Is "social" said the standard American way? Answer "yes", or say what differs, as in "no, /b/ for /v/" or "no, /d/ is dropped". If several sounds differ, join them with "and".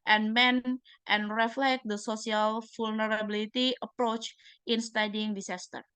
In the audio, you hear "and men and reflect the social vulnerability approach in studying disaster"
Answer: no, /s/ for /ʃ/